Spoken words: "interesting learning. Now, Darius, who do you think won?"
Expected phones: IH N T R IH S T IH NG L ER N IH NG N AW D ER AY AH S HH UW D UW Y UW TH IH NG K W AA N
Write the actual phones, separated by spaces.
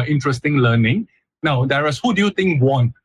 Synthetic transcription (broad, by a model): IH N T R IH S T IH NG L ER N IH NG N AW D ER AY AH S HH UW D UW Y UW T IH NG K W AA N